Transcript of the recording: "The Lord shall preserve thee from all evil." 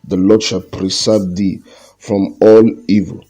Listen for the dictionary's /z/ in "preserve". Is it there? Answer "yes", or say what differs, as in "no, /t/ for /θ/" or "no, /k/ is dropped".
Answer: no, /s/ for /z/